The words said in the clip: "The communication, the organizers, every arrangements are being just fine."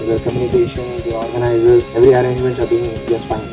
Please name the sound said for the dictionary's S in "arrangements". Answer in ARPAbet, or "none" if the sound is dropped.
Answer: none